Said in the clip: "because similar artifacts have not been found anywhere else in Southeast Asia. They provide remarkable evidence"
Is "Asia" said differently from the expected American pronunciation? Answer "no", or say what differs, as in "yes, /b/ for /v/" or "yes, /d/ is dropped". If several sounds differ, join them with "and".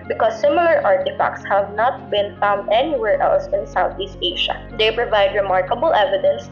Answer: yes, /ʃ/ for /ʒ/